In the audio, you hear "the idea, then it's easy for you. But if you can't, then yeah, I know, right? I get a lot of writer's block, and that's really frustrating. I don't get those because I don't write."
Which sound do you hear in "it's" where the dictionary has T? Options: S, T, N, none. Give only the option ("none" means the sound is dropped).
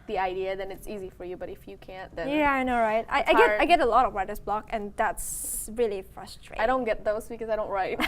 T